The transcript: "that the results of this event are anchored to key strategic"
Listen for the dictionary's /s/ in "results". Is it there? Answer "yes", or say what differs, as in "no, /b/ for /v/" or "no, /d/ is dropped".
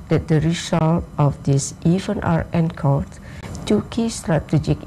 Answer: no, /s/ is dropped